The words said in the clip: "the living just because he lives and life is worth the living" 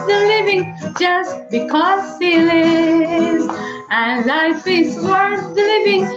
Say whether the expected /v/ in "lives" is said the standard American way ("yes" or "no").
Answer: no